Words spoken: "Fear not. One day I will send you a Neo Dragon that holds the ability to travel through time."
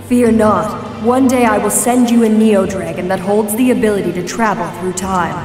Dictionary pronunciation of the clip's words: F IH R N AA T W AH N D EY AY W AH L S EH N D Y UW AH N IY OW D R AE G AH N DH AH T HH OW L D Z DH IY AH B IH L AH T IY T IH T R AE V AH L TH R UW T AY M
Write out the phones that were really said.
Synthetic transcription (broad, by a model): F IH R N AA T W AH N D EY AY W AH L S EH N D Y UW AH N IY OW D R AE G AH N DH AH T HH OW L D Z DH IY AH B IH L AH T IY T IH T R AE V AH L TH R UW T AY M